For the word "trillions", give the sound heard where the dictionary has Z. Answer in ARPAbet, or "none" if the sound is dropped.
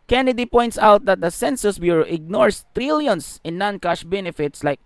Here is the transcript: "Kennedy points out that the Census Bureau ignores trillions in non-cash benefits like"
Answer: S